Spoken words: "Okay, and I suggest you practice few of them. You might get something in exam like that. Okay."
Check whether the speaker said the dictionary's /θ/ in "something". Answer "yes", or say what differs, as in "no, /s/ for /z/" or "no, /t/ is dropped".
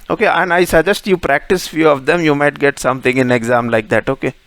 no, /t/ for /θ/